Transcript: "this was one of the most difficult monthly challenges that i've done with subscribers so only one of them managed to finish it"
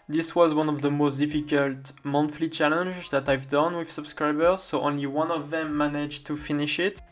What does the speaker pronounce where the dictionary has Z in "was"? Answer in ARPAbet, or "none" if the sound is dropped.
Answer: Z